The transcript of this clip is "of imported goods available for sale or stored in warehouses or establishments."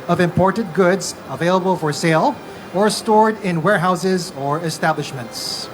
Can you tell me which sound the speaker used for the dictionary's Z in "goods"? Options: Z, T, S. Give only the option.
Z